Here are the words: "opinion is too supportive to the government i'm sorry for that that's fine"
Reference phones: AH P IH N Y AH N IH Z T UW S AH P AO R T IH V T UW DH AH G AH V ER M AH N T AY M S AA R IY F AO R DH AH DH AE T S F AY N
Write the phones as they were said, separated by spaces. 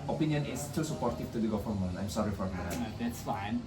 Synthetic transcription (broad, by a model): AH P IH N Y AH N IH S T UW S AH P AO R T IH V T UW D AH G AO F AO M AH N AY M S AA R IY F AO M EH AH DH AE T S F AY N